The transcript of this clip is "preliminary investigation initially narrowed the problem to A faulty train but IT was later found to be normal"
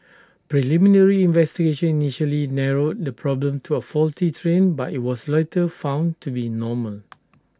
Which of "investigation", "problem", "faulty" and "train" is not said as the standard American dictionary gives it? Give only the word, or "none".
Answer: none